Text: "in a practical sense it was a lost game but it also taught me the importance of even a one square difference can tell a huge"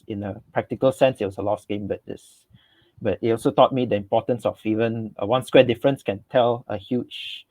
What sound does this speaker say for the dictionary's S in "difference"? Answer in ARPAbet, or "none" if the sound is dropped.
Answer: S